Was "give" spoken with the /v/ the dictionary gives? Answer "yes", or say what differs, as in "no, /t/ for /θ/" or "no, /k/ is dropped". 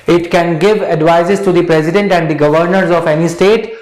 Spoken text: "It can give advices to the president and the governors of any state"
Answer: yes